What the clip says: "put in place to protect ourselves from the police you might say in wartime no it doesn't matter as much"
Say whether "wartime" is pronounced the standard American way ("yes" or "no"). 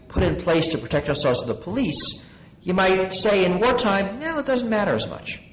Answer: yes